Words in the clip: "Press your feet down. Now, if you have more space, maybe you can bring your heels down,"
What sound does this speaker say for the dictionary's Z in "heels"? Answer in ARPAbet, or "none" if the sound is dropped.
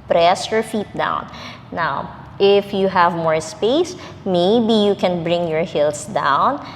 S